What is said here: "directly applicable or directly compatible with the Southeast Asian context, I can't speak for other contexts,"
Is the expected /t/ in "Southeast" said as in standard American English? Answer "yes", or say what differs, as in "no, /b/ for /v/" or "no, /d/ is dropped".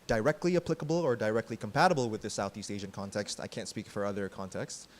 yes